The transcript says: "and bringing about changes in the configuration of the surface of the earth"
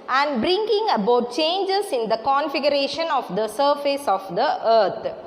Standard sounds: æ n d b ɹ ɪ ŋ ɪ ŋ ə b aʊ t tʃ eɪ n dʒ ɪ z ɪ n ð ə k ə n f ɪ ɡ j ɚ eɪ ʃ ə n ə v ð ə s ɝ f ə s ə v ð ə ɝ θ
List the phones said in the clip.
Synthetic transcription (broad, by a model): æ n d b ɹ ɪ ŋ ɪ ŋ ə b aʊ t tʃ eɪ n dʒ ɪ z ɪ n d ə k ə n f ɪ ɡ j ɚ eɪ ʃ ə n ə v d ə s ɝ f ə s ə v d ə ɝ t